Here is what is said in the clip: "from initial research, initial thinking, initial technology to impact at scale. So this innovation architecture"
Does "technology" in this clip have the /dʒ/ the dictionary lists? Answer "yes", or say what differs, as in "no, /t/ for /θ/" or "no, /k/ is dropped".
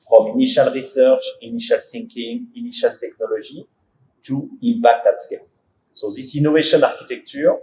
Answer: no, /ʒ/ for /dʒ/